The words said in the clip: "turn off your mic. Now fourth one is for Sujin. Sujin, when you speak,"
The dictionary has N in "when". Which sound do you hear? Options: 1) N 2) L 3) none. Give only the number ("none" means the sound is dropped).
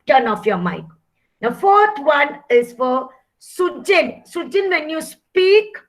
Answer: 1